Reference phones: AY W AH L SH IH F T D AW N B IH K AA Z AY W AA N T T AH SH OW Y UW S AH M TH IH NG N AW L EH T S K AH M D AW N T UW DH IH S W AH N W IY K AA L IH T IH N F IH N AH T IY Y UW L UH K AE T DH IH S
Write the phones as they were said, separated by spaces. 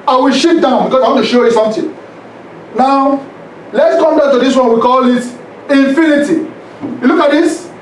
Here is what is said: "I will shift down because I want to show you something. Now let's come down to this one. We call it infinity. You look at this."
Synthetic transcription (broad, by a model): AY W AH L SH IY T D AW N B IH K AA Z AY W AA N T T AH SH OW Y UW S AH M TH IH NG N AW L EH T S K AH M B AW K T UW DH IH S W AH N W IY K AA L IH T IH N F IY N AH T IY Y UW L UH K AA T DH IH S